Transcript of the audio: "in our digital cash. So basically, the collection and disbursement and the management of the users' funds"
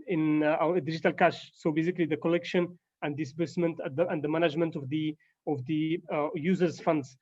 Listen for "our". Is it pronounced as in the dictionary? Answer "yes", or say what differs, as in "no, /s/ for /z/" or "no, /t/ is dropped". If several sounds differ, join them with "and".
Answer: no, /w/ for /ɹ/